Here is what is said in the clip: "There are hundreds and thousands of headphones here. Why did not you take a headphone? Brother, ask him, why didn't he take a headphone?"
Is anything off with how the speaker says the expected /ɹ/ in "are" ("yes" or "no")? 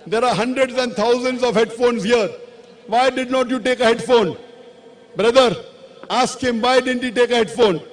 no